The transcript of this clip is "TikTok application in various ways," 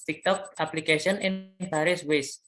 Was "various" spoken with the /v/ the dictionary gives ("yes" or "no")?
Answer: no